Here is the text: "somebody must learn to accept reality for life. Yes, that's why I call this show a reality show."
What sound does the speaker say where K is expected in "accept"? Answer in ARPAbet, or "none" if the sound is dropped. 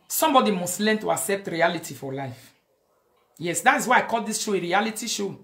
K